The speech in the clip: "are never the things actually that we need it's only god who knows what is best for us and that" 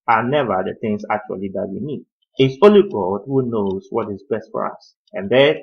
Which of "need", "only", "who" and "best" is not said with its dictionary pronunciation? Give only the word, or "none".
only